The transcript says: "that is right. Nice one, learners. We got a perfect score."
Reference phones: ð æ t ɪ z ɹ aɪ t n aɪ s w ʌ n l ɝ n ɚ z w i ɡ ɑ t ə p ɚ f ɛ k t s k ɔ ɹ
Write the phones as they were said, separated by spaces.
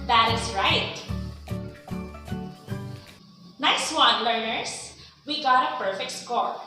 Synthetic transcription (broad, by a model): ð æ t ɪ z ɹ aɪ t n aɪ s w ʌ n l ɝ n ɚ s w i ɡ ɑ t ə p ɚ f ɛ k t s k ɔ ɹ